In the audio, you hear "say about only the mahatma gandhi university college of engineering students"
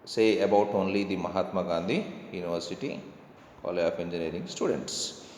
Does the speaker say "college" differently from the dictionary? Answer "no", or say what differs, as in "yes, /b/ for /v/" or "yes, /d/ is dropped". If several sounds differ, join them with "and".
yes, /dʒ/ is dropped